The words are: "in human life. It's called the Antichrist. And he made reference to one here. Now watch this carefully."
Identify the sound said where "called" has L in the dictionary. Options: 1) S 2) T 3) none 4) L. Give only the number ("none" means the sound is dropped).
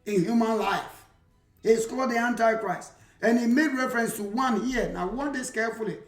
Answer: 3